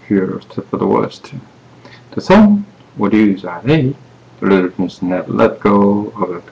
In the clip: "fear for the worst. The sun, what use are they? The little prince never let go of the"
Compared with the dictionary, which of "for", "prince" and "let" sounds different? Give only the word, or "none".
prince